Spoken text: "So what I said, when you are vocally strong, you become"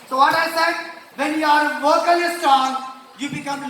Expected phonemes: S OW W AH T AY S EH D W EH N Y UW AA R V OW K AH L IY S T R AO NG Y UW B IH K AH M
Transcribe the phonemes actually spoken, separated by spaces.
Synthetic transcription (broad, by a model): S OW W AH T AY S EH D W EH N Y UW AA R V OW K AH L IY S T AA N Y UW B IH K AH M